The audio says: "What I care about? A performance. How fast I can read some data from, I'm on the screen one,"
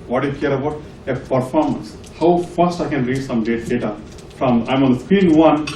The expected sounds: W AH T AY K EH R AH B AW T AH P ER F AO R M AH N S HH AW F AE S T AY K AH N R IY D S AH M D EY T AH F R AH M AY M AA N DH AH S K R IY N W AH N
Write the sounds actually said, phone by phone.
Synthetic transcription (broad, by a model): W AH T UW K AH R AH B AW T AH P ER F AO R M AH N S HH AW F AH S T AY K AH N R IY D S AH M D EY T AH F R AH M AY M AA N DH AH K W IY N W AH N